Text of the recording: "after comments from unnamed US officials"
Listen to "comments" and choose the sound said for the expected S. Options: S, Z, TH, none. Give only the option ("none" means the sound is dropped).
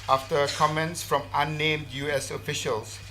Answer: S